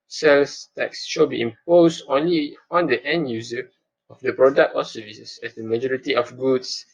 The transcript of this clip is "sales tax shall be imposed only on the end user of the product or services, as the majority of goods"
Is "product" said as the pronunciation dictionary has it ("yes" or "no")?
yes